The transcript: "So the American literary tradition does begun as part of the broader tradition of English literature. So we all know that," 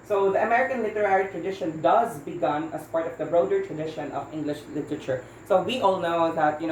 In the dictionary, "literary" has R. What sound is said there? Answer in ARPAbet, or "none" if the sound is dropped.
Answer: R